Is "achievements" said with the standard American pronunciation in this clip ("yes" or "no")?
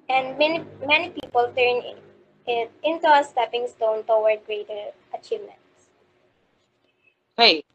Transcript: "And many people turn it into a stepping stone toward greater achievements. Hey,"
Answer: yes